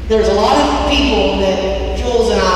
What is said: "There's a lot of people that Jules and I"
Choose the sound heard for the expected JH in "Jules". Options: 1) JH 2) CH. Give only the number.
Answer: 2